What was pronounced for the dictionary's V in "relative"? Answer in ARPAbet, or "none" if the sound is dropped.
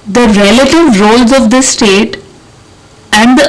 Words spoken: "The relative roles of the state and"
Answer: V